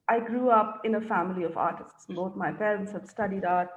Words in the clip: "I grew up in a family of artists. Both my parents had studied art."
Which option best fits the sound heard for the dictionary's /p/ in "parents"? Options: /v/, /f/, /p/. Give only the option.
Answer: /f/